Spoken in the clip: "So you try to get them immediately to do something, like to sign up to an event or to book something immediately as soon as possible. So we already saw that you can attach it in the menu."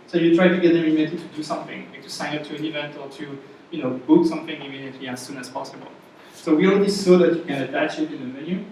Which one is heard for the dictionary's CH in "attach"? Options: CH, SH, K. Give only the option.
CH